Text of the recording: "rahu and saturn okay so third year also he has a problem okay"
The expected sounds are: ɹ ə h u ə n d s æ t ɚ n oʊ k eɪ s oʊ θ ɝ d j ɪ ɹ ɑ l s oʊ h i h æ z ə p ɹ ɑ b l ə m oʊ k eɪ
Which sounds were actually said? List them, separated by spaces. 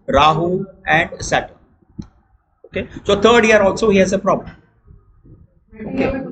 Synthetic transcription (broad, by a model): ɹ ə h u ə n d s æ t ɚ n oʊ k eɪ s oʊ t ɝ d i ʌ ɹ ɑ l s oʊ h i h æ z ə p ɹ ɑ b l ə m oʊ k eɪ